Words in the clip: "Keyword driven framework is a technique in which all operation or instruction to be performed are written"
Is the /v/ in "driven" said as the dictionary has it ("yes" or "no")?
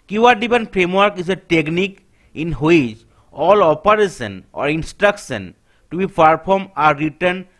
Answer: no